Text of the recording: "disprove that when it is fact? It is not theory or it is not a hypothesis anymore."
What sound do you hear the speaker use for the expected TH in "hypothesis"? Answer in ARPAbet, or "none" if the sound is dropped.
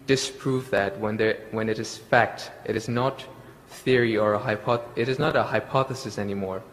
TH